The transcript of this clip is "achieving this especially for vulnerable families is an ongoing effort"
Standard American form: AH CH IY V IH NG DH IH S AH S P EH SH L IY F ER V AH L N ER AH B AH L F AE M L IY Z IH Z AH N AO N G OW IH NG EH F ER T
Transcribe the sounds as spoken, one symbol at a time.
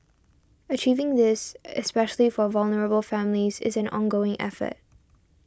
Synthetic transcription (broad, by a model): AH CH IY V IH NG DH IH S AH S P EH SH L IY F ER V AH L N ER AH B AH L F AE M L IY Z IH Z AH N AO N G OW IH NG EH F ER T